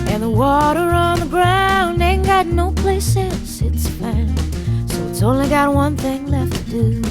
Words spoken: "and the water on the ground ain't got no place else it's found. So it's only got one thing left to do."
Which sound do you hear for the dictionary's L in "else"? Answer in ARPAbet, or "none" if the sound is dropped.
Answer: N